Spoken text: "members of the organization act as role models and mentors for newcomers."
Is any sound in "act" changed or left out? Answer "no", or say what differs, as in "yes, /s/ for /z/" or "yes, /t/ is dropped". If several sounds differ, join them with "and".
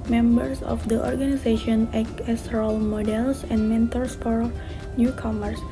yes, /t/ is dropped